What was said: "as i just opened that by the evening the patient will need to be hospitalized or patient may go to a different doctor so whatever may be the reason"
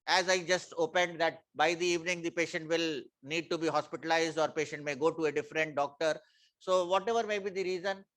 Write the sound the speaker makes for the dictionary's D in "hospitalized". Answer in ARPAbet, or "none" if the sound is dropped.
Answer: D